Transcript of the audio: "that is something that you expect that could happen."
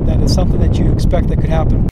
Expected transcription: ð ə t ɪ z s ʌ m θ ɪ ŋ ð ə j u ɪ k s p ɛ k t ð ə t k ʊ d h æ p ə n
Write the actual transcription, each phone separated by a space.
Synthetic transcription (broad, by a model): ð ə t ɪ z s ʌ m θ ɪ ŋ ð ə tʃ ɪ k s p ɛ k t ð ə t k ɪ d h æ p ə n